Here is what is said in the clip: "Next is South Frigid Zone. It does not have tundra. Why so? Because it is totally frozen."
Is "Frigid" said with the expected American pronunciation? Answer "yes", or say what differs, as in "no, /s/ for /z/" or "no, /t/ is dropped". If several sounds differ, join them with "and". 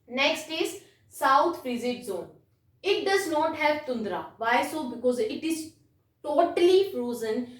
no, /z/ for /dʒ/